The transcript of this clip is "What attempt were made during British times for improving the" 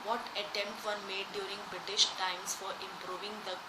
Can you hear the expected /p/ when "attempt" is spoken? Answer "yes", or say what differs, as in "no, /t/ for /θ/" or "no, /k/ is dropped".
yes